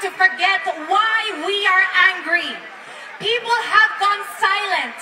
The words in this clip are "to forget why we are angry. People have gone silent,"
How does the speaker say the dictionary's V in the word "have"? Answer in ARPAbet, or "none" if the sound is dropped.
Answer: V